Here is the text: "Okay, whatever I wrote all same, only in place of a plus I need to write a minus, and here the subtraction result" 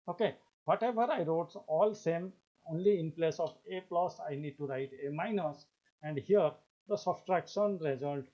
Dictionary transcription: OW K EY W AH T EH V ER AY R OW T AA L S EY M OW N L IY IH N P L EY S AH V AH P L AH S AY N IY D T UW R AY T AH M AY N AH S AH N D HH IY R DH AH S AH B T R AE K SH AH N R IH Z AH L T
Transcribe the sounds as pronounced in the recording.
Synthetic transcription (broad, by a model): OW K EY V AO T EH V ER AY R OW T AA L S EY M OW N L IY IH N P L EY S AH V AH P L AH S AY N IY D T UW R AY T AH M AY N AH S AH N D HH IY R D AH S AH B T R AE K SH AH N R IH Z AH L T